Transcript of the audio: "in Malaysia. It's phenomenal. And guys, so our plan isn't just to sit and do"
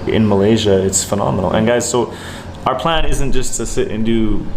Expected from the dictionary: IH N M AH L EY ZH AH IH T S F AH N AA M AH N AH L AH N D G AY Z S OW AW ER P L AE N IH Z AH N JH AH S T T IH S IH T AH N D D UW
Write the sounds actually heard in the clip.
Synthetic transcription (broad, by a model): IH N M AH L EY ZH AH IH T S F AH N AA M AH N L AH N G AY Z S OW AW ER P L AE N IH Z AH N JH AH S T T IH S IH T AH N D D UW